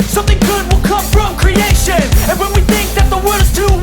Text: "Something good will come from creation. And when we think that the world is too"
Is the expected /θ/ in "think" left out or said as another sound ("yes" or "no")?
no